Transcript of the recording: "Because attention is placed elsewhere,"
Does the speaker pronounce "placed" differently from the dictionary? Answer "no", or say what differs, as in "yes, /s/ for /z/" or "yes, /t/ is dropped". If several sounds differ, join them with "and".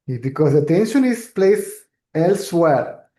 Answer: yes, /t/ is dropped